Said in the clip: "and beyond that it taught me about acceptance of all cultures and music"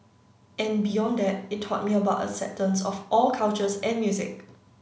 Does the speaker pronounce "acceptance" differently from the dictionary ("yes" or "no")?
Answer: yes